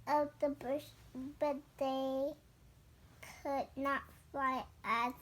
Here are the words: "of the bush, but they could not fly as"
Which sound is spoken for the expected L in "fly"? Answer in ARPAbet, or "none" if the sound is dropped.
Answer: none